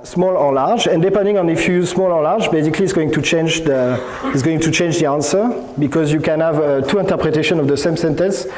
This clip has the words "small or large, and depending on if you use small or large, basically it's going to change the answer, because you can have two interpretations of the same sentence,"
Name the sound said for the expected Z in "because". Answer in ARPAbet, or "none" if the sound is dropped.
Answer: Z